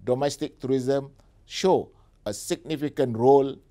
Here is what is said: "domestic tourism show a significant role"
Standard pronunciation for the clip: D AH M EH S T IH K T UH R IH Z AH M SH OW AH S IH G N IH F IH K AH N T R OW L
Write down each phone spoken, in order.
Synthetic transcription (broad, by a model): D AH M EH S T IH K T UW R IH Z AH M SH OW AH S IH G N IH F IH K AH N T R OW L